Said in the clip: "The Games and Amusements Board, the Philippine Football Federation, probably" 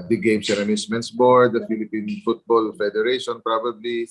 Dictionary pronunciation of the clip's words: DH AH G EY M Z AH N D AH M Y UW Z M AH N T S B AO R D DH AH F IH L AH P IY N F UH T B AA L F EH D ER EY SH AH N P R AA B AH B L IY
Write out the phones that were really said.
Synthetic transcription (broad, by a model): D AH G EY M S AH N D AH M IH S M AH N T S B AO R D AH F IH L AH P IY N F UH T B AA L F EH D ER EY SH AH N P R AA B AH B L IY